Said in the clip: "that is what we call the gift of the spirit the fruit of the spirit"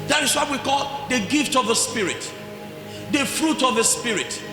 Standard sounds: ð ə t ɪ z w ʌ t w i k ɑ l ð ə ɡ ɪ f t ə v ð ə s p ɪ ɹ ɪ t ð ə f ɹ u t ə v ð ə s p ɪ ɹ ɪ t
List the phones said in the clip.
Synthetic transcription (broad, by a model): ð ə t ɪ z w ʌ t w i k ɑ l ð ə ɡ ɪ f t ə v ð ə s p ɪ ɹ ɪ t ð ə f ɹ u t ə v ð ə s p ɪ ɹ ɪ t